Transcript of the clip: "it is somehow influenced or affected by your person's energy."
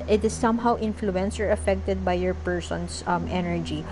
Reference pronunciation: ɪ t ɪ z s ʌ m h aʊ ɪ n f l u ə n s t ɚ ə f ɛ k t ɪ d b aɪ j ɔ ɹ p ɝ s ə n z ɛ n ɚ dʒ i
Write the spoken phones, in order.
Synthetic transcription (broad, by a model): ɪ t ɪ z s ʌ m h aʊ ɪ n f l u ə n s ɚ ə f ɛ k t ɪ d b aɪ j ɔ ɹ p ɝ s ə n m ɛ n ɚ dʒ i